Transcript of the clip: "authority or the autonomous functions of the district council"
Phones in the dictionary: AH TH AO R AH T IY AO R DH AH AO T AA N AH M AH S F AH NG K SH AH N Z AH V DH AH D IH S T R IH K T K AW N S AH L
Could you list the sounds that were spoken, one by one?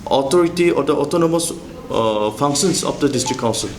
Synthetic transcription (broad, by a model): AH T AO R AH T IY AO R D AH AO T AA N AH M AH S P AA NG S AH N S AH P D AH D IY S T R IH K K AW N S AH L